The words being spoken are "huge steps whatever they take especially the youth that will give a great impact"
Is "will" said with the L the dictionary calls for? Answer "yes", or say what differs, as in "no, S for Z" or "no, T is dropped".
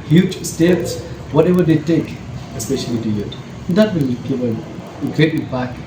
no, N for L